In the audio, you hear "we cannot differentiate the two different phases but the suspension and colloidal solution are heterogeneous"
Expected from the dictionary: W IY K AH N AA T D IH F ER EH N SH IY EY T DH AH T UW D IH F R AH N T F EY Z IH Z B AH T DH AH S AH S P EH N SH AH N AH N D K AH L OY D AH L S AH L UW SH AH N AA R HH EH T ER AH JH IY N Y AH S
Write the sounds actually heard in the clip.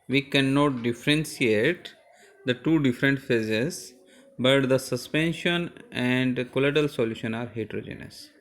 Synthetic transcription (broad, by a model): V IY K AH N AA T D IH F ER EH N S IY EY T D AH T UW D IH F R AH N T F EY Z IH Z B AH T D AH S AH S P EH N SH AH N AH N D K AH L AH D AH L S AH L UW SH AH N AA R HH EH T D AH JH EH N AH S